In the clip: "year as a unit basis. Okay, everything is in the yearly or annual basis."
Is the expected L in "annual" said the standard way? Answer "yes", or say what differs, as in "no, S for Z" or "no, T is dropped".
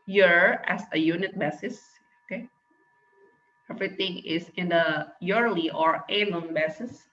no, N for L